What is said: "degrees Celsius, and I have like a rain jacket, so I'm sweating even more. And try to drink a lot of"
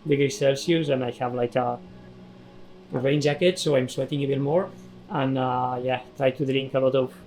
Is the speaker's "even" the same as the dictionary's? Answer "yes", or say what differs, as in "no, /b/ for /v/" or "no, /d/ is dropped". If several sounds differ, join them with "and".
no, /b/ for /v/